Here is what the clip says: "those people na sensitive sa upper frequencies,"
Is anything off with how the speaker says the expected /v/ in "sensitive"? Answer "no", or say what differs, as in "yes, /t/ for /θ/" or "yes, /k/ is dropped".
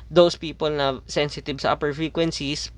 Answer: yes, /b/ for /v/